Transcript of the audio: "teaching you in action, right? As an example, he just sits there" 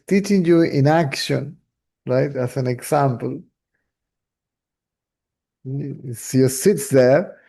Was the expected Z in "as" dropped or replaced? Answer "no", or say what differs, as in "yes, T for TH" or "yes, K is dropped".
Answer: yes, S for Z